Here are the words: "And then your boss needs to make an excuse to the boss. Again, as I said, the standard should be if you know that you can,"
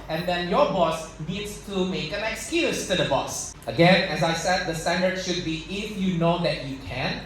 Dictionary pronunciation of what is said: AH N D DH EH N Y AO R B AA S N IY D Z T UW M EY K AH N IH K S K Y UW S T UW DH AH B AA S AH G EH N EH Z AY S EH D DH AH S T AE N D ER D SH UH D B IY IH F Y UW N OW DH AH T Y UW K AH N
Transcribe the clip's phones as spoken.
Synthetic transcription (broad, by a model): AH N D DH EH N Y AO B AA S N IY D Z T UW M EY K AH N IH K S K Y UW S T UW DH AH B AA S AH G EH N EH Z AY S EH D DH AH S T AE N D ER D SH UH D B IY IH F Y UW N OW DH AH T Y UW K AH N